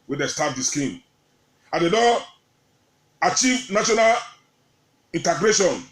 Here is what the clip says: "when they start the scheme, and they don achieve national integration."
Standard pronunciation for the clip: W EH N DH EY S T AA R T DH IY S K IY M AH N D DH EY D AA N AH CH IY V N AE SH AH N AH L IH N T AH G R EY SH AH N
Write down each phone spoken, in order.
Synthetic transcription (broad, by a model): W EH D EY S T AA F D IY S K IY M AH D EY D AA AH CH IY V N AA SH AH N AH L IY N T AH G R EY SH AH N